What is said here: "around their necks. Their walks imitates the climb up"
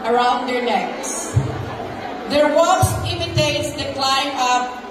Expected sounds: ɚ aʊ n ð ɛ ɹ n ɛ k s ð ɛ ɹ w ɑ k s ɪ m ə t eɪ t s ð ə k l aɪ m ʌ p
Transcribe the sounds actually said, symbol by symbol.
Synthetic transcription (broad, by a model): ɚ aʊ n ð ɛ ɹ n ɛ k s ð ɛ ɹ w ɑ s ɪ m ə t eɪ t s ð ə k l aɪ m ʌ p